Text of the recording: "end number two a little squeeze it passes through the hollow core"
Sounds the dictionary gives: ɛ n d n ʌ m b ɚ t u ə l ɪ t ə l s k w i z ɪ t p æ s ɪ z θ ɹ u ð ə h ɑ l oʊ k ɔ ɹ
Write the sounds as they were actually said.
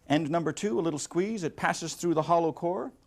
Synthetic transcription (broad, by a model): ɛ n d n ʌ m b ɚ t u ə l ɪ t l s k w i z ɪ t p æ s ɪ z θ ɹ u ð ə h ɑ l oʊ k ɔ ɹ